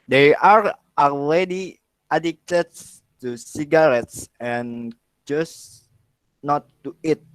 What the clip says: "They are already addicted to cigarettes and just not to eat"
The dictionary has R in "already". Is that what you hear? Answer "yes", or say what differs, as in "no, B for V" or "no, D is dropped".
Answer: no, L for R